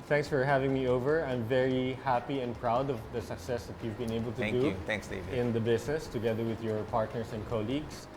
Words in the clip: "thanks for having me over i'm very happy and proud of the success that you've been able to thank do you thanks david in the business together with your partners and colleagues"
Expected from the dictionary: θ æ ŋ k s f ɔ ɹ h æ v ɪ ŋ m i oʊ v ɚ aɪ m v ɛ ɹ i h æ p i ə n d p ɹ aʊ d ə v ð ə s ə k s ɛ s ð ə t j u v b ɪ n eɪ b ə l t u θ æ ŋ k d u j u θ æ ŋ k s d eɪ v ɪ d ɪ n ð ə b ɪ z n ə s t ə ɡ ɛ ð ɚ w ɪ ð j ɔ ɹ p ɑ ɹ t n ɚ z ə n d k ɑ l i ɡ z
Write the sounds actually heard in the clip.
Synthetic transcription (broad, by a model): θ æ ŋ k s f ɔ ɹ h æ v ɪ ŋ m i oʊ v ɚ aɪ m v ɛ ɹ i h æ p i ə n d p ɹ aʊ d ə v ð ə s ə k s ɛ s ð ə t j u v b ɪ n eɪ b ə l t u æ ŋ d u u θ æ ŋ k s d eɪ ɪ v ɪ n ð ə b ɪ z n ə s t ə ɡ ɛ ð ɚ w ɪ ð j ɔ ɹ p ɑ ɹ t n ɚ s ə n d k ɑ l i ɡ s